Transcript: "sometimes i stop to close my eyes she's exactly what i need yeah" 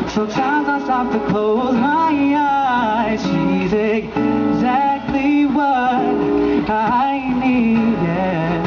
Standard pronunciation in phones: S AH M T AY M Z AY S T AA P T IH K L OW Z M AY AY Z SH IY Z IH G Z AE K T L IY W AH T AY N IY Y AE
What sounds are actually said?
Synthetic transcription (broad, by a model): S AH M T AY M Z AY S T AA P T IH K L OW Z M AY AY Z SH IY Z IH G Z AE K T L IY W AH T AY N IY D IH